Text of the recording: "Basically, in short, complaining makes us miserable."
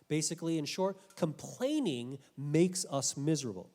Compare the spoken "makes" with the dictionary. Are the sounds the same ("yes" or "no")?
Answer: yes